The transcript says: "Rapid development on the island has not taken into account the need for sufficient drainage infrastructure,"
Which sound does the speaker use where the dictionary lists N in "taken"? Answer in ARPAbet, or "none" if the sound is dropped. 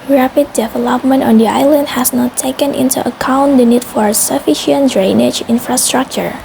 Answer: N